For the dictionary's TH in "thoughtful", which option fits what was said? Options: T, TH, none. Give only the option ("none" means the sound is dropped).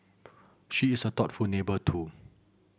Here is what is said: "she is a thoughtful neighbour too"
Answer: T